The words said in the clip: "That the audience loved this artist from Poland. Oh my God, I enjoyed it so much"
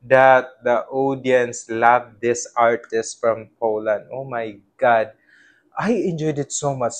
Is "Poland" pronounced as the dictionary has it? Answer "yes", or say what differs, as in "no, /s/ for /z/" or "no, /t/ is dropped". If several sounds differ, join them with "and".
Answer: yes